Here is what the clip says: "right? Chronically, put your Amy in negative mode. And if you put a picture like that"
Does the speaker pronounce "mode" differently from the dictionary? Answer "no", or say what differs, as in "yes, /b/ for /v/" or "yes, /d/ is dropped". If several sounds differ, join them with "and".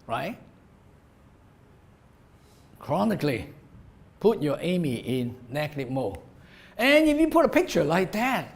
yes, /d/ is dropped